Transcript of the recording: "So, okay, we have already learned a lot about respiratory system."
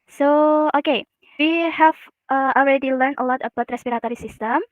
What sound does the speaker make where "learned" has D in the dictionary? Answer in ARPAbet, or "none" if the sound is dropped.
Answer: none